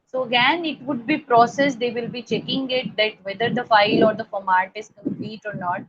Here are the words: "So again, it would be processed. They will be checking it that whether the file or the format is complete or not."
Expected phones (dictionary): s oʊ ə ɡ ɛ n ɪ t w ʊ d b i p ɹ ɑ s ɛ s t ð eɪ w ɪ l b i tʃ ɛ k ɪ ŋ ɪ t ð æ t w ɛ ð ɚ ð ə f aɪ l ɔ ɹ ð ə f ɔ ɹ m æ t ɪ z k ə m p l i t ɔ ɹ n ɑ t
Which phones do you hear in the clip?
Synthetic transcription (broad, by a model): s oʊ ə ɡ ɛ n ɪ t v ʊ d b i p ɹ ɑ s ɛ s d eɪ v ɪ l b i tʃ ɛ k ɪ ŋ ɪ t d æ t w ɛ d ɚ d ə f aɪ l ɔ ɹ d ə f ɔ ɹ m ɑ t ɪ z k ə m p l i t ɔ ɹ n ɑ t